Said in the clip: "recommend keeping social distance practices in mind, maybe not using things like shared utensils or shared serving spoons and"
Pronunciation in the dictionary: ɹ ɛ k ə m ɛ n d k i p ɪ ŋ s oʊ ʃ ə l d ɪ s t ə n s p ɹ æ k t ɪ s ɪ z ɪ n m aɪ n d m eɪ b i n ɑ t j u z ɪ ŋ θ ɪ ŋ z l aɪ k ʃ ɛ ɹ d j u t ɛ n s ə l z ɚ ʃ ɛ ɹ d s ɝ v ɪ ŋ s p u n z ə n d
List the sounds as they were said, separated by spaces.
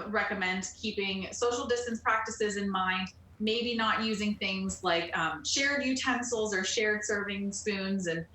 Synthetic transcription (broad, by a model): ɹ ɛ k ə m ɛ n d k i p ɪ ŋ s oʊ ʃ l d ɪ s t ə n s p ɹ æ k t ɪ s ɪ z ɪ n m aɪ n d m eɪ b i n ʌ t j u z ɪ ŋ θ ɪ ŋ z l aɪ k ʃ ɛ ɹ d j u t ɛ n s l z ɚ ʃ ɛ ɹ d s ɝ v ɪ ŋ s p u n z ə n